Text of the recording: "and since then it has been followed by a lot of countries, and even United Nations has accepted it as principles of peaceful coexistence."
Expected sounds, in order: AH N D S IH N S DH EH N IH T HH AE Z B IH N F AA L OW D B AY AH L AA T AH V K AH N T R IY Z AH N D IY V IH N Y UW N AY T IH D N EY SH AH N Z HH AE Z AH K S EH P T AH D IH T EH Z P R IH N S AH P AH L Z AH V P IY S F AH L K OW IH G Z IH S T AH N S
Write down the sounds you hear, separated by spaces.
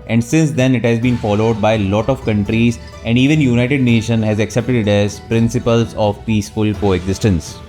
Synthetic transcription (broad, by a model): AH N D S IH N S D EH N IH T HH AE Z B IH N F AA L OW D B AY AH L AA T AH V K AH N T R IY Z AH N D IY V IH N Y UW N AY T IH D N EY SH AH N HH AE Z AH K S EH P T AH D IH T EH Z P R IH N S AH P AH L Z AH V P IY S F AH L K OW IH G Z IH S T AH N S